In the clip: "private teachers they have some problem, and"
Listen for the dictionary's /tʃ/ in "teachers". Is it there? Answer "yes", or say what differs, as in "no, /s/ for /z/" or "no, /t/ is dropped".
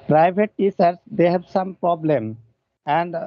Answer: no, /s/ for /tʃ/